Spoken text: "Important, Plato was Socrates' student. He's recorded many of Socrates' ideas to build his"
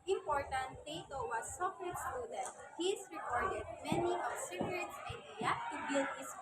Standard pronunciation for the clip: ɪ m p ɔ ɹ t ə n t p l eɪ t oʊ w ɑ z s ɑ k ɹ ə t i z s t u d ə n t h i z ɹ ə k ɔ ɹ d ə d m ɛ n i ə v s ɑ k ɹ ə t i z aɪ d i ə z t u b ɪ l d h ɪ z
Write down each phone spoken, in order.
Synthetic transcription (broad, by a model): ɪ m p ɔ ɹ t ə n t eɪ t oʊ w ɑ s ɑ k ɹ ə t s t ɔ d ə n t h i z ɹ ə k ɔ ɹ d ə d m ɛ n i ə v s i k ɹ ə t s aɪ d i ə t u b ɪ l d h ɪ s